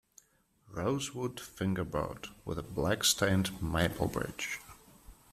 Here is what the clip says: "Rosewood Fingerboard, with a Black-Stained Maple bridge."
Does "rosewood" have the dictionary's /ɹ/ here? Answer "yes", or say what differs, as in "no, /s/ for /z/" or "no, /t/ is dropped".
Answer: yes